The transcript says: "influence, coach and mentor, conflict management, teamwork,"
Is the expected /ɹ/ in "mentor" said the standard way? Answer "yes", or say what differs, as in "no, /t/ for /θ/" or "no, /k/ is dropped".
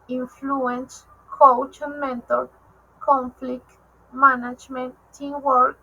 no, /l/ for /ɹ/